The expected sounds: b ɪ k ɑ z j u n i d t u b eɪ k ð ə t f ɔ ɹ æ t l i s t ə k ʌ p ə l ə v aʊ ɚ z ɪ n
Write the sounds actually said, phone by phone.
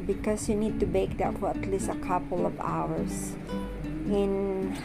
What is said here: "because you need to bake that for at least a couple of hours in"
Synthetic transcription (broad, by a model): b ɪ k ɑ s j u n i d t u b eɪ k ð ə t f ɔ ɹ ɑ t l i s t ə k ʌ p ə l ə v aʊ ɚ s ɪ n